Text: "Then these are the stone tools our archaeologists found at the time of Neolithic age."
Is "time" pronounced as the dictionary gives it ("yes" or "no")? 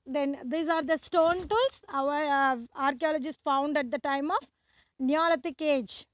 yes